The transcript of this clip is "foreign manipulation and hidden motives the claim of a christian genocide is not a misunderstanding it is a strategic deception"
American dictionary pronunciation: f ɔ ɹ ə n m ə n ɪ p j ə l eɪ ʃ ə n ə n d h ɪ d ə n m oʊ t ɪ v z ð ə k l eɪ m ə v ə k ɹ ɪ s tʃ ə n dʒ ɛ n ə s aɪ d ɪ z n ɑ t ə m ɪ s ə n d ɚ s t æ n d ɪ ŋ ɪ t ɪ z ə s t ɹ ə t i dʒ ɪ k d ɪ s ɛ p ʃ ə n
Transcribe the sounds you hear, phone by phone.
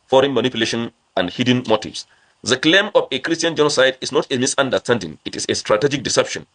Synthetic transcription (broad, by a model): f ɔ ɹ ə n m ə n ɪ p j l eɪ ʃ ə n ə n d h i d n m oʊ t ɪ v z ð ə k l eɪ m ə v ə k ɹ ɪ s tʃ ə n dʒ ɛ n ə s aɪ d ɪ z n ɑ t ə m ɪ s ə n d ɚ s t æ n d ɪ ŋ ɪ t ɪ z ə s t ɹ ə t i dʒ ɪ k d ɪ s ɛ p ʃ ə n